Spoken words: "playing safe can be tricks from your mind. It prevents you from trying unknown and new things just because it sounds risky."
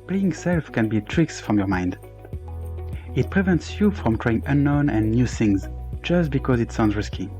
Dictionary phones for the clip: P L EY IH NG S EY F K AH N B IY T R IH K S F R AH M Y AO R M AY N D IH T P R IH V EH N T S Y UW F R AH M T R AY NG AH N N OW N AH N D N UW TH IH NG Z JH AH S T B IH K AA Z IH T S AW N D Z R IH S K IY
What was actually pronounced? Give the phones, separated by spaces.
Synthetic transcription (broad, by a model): P L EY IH NG S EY F K AH N B IY T R IH K S F R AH M Y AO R M AY N D IH T P R IH V EH N T S Y UW F R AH M T R AY NG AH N N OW N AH N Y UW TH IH NG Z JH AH S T B IH K AA Z IH T S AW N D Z R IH S K IY